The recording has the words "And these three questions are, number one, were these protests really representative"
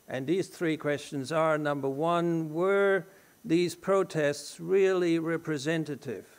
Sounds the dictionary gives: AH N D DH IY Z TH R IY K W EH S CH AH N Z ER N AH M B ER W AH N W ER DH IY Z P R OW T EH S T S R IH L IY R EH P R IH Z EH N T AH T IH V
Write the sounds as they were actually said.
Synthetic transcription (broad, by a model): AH N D DH IY Z TH R IY K W EH S CH AH N Z ER N AH M B ER W AH N W ER DH IY Z P R OW T EH S T S R IH L IY R EH P R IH Z EH N T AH T IH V